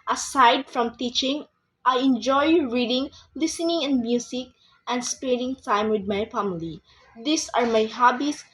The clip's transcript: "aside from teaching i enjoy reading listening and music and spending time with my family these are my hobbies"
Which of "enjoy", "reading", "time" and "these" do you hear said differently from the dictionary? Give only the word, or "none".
these